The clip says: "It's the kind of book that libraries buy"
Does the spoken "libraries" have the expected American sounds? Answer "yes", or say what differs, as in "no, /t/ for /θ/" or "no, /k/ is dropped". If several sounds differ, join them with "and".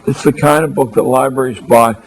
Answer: yes